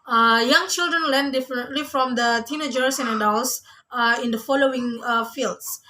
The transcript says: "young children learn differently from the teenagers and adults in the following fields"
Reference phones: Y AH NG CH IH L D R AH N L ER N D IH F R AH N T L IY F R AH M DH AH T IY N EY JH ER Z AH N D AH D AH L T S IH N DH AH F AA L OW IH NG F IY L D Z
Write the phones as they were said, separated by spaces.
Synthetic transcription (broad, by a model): Y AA NG CH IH L D R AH N L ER N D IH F AH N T L IY F R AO M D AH T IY N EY JH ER S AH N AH D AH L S IH N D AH F AA L OW IH NG F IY L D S